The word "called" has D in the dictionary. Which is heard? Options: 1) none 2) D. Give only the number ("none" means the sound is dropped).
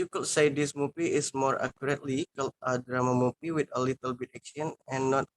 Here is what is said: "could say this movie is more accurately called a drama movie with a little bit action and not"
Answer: 1